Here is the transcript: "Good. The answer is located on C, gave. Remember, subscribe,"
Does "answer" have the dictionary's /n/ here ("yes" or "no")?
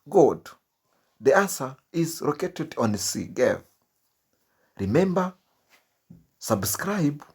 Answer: no